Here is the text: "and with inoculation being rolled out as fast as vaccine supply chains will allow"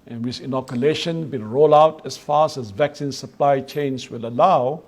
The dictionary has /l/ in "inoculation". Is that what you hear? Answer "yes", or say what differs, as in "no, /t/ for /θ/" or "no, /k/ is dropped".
yes